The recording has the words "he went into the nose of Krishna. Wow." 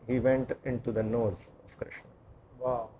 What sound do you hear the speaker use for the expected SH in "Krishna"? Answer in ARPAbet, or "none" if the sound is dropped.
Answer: SH